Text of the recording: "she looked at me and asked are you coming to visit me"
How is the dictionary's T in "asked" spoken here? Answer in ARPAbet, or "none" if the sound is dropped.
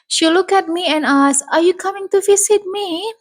none